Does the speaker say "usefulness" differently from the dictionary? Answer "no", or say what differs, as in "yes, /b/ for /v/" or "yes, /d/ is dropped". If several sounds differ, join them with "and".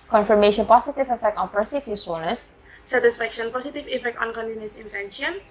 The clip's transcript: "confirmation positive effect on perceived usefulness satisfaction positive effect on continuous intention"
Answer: yes, /f/ is dropped